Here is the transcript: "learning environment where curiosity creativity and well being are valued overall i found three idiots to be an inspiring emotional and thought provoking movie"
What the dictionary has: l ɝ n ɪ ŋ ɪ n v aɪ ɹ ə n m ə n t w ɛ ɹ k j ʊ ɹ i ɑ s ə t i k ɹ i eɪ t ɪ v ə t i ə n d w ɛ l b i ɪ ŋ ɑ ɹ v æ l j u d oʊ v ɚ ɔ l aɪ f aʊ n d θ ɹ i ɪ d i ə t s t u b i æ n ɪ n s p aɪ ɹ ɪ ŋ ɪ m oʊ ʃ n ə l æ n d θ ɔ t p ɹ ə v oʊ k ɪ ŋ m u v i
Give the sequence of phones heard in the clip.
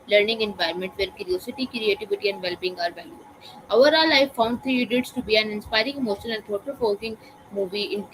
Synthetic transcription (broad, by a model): l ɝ n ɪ ŋ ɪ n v aɪ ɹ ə m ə n t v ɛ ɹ k j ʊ ɹ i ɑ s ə t i k ɹ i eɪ t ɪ v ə t i ə n d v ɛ l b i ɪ ŋ ɑ ɹ v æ l j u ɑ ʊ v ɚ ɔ l aɪ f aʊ n d t ɹ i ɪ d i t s t u b i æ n ɪ n s p aɪ ɹ ɪ ŋ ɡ m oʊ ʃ ə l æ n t ɔ t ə f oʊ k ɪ ŋ m u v i